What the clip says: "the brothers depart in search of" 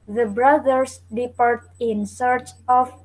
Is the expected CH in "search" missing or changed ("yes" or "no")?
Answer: no